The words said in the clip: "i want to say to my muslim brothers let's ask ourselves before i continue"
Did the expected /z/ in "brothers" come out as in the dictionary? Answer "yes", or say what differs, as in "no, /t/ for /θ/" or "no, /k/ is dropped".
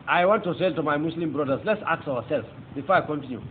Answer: no, /s/ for /z/